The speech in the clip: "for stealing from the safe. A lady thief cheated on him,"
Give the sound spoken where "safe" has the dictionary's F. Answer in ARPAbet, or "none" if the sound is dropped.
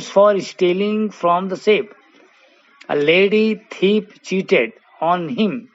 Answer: P